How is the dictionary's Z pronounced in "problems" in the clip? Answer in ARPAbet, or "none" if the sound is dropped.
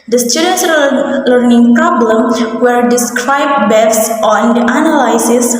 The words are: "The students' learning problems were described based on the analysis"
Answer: none